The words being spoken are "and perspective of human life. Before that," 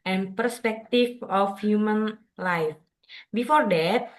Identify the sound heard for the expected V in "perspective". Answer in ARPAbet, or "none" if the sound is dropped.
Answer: F